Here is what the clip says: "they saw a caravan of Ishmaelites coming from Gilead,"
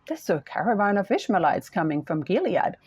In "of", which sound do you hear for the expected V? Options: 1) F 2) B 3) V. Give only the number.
1